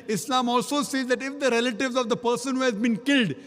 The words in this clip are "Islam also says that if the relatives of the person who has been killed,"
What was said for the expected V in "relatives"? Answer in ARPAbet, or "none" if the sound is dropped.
V